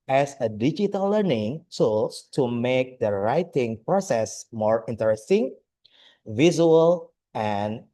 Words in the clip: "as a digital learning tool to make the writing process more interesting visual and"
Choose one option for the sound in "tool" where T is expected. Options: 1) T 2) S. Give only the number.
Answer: 2